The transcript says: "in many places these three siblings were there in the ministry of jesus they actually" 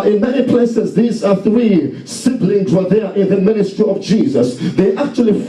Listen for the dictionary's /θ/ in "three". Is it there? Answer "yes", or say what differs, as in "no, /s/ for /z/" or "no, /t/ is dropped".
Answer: yes